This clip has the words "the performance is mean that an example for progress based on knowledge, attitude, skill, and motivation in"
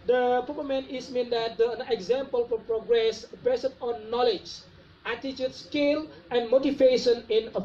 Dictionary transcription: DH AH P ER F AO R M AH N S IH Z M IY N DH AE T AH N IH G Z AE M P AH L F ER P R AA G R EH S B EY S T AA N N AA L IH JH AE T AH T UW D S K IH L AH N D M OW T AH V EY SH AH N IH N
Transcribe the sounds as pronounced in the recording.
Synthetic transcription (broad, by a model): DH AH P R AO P M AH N IH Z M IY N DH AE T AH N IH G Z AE M P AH L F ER P R AA G R EH S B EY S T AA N N AA L IH JH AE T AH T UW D S K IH L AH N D M OW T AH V EY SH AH N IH N